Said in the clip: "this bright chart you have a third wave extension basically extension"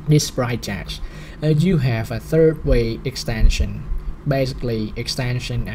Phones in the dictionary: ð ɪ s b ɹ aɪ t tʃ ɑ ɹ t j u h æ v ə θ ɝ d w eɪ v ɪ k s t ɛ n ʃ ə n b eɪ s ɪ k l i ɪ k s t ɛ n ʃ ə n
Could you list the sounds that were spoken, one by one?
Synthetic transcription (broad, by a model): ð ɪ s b ɹ aɪ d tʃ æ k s j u h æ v ə θ ɝ d w eɪ ɪ k s t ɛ n ʃ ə n b eɪ s ɪ k l i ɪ k s t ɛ n ʃ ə n